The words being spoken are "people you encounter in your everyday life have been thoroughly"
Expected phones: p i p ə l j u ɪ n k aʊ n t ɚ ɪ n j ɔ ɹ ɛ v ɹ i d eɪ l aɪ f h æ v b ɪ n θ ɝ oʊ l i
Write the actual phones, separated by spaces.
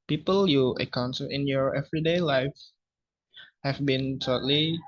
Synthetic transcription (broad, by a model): p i p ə l j u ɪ k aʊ n s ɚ ɪ n j ɔ ɹ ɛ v ɹ i d eɪ l aɪ f h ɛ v b ɪ n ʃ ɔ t l i